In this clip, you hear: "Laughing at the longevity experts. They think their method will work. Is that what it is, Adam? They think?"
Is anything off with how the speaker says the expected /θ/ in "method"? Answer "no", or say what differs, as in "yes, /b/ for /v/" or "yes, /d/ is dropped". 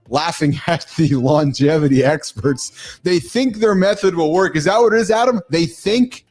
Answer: no